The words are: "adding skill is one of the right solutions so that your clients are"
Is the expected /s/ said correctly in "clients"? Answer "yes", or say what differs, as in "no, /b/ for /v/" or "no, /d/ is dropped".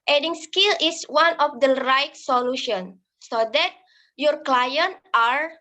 no, /s/ is dropped